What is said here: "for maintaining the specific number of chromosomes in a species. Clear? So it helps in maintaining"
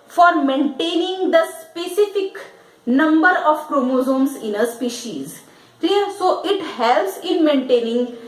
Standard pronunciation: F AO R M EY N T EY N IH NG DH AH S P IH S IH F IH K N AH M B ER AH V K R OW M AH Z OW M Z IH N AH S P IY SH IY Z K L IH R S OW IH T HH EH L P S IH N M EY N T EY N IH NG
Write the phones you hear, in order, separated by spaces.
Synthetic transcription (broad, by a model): F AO R M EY N T EY N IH NG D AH S P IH S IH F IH K N AH M B ER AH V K R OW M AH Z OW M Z IH N AH S P IY SH IY Z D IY L S OW IH T HH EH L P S IH N M EY N T EY N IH NG